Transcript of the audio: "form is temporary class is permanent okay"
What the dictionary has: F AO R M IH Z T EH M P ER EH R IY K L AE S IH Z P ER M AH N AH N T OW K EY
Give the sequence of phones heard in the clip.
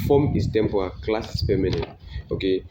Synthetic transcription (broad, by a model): F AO M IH S T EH M P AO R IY K L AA S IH S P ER M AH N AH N OW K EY